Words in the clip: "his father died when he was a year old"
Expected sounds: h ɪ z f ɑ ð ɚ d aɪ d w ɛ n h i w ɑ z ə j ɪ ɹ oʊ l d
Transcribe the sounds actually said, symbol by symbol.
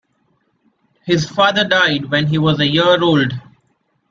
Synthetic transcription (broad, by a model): h ɪ z f ɑ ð ɚ d aɪ d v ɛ n h i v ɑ z ə j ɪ ɹ oʊ l d